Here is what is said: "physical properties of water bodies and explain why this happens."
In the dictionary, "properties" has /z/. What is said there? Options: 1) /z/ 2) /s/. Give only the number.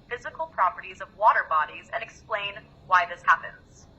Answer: 1